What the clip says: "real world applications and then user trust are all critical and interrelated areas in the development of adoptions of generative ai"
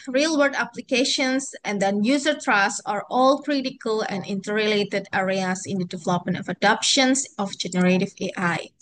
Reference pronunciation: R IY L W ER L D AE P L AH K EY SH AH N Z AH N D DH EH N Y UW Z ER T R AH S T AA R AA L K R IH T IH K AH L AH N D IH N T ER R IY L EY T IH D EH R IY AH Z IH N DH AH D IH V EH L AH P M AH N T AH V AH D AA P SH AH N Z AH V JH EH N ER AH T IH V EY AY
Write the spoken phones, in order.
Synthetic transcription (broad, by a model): R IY L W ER D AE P L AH K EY SH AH N S AH N D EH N Y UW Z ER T R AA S AA R AA L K R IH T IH K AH L AH N D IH N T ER R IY L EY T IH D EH R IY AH S IH N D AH D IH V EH L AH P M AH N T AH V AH D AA P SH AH N S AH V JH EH N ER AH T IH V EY AY